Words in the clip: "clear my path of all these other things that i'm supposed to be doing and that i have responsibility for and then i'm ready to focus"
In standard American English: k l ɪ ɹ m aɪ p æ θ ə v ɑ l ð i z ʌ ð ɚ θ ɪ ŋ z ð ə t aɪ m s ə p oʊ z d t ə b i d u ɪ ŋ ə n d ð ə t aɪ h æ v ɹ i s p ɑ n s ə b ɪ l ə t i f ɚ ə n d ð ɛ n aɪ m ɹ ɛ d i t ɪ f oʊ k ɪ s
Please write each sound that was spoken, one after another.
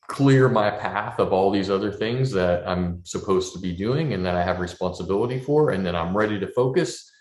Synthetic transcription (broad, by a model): k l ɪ ɹ m aɪ p æ θ ə v ɑ l ð i z ʌ ð ɚ θ ɪ ŋ z ð ə t aɪ m s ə p oʊ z t ə b i d u ɪ ŋ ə n ð ə t aɪ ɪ v ɹ i s p ɑ n s ə b ɪ l ə t i f ɚ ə n ð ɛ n aɪ m ɹ ɛ d i t ɪ f oʊ k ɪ s